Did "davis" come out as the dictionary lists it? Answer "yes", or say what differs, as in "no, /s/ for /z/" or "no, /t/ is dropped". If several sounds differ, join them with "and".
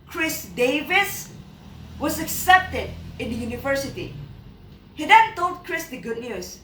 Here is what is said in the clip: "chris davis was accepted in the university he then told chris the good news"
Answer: yes